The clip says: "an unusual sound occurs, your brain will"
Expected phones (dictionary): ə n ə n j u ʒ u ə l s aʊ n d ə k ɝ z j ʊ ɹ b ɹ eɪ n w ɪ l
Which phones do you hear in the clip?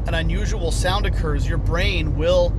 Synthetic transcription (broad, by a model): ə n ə n j u ʒ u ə l s aʊ n d ə k ɝ z j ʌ ɹ b ɹ eɪ n w ɪ l